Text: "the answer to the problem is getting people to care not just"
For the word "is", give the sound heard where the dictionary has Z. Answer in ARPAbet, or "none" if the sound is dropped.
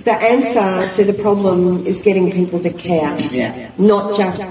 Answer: Z